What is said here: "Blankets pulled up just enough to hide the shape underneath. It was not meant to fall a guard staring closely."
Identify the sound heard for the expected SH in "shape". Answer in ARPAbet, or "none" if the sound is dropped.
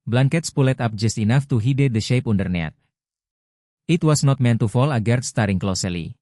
SH